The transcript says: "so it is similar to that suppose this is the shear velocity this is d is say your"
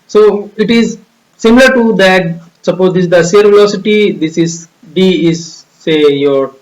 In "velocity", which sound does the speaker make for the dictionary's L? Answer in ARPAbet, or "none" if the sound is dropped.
none